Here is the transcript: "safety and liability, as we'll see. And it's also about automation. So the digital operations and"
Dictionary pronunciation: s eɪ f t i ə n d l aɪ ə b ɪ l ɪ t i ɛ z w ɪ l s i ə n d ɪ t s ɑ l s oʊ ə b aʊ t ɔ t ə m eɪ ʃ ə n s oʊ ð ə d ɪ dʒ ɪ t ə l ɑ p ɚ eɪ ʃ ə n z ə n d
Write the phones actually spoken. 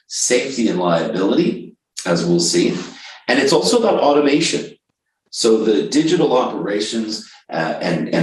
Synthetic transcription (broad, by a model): s eɪ f t i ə n l aɪ ə b ɪ l ɪ t i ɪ z w ɪ l s i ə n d ɪ t s ɑ l s oʊ ə b aʊ t ɔ t ə m eɪ ʃ ə n s oʊ ð ə d ɪ dʒ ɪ t l ɑ p ɚ eɪ ʃ ə n z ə n